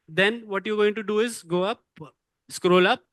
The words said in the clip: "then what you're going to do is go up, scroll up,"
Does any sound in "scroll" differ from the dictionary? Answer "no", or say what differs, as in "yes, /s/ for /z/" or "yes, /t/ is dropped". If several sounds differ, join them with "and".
no